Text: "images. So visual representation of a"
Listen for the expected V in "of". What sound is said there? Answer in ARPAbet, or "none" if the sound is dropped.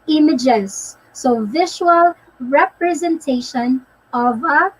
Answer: V